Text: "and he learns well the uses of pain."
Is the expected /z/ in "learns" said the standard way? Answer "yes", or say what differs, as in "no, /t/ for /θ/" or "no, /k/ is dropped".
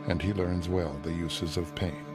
yes